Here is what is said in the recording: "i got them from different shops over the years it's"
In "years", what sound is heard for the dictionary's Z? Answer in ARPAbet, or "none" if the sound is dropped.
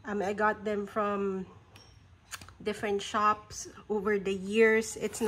S